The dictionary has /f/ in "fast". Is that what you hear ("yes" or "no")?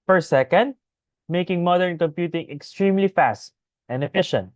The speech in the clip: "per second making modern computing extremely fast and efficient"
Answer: yes